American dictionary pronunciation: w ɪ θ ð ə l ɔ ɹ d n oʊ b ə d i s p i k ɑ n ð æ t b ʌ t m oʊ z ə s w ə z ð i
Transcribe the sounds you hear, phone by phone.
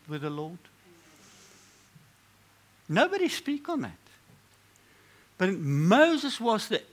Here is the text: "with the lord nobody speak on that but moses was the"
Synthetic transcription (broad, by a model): w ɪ ð ə l ɔ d n oʊ b ə d i s p i k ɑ n ð æ t b ʌ t m oʊ z ə s w ə z ð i